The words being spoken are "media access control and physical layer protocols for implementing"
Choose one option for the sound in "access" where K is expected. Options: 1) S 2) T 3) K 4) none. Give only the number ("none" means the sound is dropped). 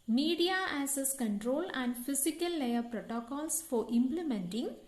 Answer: 4